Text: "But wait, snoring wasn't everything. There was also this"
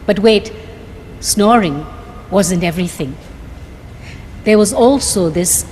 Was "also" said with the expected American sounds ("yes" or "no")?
yes